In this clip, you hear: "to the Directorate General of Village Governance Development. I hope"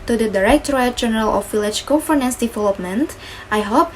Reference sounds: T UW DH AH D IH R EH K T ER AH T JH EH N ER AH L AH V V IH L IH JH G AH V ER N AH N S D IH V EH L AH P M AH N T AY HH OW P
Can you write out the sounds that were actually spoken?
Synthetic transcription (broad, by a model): T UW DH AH D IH R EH K T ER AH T JH EH N ER AH L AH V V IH L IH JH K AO F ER N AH N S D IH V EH L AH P M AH N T AY HH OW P